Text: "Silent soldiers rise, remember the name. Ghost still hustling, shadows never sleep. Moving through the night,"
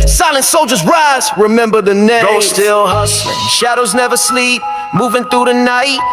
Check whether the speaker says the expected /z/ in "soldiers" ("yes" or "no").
yes